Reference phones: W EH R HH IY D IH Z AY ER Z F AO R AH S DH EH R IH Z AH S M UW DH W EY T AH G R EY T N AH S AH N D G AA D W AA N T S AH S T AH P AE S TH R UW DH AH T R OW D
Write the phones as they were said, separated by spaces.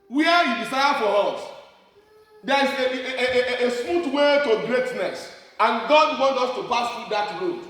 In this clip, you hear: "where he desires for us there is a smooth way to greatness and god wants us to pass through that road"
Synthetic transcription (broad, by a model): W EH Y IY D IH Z AY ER F AO R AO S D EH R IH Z AH S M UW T W EY T AH G R EY T N AH S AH N G AA D W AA N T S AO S T AH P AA S T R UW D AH T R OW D